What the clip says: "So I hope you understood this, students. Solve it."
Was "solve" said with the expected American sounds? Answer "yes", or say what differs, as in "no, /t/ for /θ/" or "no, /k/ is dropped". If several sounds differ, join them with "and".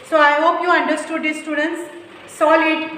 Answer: no, /v/ is dropped